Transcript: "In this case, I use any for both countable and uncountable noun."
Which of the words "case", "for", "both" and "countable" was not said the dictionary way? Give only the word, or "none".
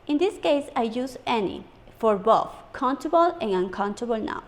both